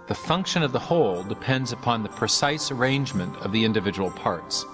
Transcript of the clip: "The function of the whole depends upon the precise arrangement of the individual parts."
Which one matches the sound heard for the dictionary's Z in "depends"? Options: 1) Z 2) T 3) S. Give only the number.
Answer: 1